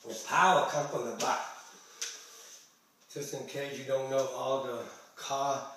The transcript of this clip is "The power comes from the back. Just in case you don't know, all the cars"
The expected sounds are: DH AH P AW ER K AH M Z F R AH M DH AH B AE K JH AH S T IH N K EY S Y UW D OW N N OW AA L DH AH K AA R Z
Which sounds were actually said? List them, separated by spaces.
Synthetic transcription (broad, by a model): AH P AW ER K AH M F R AH M DH AH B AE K JH AH S T IH N K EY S Y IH D OW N N OW AA L DH AH K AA